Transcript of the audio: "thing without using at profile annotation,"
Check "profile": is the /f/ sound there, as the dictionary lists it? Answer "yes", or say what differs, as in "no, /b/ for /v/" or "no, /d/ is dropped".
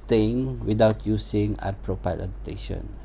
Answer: no, /p/ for /f/